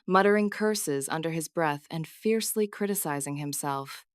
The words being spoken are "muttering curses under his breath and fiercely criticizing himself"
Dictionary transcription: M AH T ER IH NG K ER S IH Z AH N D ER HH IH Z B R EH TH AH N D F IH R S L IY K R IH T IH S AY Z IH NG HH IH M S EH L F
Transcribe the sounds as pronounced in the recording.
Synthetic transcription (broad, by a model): M AH T ER IH NG K ER S IH Z AH N D ER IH Z B R EH TH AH N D F IH R S L IY K R IH T IH S AY Z IH NG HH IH M S EH L F